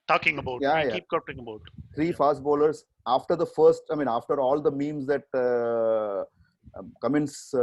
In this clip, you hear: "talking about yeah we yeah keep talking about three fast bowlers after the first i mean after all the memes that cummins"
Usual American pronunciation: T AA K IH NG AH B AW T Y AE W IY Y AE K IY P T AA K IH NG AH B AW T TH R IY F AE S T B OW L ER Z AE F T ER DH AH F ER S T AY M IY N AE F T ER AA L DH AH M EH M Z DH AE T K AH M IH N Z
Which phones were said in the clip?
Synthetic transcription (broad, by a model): T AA K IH NG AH B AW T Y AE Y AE K IY P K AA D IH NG AH B AW T T R IY F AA S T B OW L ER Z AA F T ER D AH F ER S T AY M IY N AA F T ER AA L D AH M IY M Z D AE T K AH M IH N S